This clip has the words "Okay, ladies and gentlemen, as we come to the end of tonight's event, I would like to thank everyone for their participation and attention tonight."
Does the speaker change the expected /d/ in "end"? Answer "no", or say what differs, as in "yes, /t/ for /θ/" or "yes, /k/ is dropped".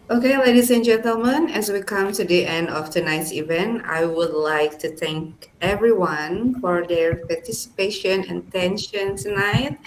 no